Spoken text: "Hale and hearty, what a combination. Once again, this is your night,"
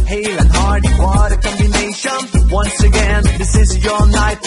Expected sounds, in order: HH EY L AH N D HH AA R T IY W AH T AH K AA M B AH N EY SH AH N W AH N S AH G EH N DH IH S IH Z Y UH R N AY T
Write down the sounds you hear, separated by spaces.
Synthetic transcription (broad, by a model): HH EY L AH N HH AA R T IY W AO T AH K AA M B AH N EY SH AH N W AH N S AH G EH N DH IH S IH Z Y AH R N AY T